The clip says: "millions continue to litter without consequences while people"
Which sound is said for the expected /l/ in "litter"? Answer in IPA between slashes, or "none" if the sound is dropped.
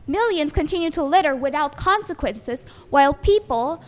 /l/